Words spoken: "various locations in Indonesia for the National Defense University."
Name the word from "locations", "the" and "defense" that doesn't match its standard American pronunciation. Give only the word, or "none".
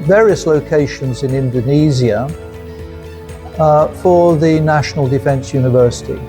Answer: none